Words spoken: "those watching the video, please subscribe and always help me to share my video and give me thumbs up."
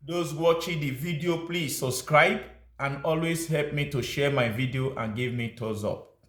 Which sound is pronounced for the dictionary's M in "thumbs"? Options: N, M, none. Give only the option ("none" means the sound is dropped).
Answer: none